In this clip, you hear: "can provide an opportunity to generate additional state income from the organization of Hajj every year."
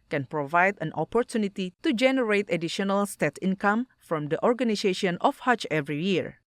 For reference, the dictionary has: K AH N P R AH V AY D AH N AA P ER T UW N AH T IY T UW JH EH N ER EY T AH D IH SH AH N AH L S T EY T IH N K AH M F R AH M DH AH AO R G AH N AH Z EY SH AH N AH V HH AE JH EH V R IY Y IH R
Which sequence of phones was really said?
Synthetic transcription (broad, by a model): K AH N P R AH V AY D AH N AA P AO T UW N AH T IY T UW JH EH N ER EY T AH D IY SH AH N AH L S T EY T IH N K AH M F R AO M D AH AO R G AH N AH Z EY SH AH N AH F HH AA CH EH V R IY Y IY R